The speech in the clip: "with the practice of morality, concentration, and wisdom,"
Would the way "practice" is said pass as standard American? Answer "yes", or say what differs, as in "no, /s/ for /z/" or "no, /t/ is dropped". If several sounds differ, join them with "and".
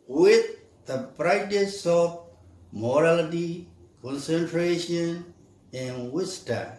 no, /b/ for /p/